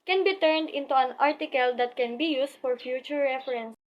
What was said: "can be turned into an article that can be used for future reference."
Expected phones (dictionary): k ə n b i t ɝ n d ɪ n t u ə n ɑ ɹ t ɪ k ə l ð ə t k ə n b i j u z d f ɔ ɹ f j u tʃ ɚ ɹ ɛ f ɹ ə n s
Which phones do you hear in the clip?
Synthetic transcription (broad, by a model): k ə n b i t ɝ n d ɪ n t u ə n ɑ ɹ t ɪ k ə l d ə t k ə n b i j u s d f ɔ ɹ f j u tʃ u ɹ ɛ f ɹ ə n s